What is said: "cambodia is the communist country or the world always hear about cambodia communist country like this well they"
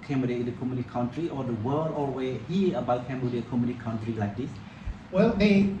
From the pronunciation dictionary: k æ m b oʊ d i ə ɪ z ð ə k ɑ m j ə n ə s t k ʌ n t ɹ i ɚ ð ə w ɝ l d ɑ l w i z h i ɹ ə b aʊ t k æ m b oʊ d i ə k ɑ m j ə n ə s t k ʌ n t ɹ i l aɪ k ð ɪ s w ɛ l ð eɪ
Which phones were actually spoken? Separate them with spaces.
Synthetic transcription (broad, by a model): k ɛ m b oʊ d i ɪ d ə k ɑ m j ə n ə t k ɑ n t ɹ i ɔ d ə w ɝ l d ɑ w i h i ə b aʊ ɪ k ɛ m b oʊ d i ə k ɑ m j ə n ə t k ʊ n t ɹ i l aɪ k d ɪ s w ɛ l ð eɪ